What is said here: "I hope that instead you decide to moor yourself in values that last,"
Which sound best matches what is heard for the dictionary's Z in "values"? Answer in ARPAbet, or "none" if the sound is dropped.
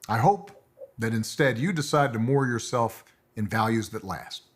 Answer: Z